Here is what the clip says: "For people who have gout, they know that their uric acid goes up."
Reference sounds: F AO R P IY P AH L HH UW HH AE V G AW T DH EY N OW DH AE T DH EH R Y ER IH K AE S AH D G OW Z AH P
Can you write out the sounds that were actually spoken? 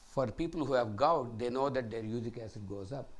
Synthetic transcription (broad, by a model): F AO R P IY P AH L HH UW HH AE V G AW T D EY N OW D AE T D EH R Y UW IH K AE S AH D G OW Z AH P